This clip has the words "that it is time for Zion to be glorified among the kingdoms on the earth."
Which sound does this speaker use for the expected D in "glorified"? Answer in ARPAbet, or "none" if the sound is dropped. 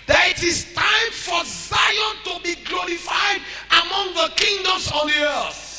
D